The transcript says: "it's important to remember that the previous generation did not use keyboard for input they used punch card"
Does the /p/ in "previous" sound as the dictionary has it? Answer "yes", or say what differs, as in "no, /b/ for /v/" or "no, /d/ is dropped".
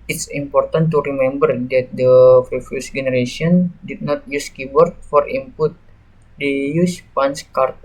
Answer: no, /f/ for /p/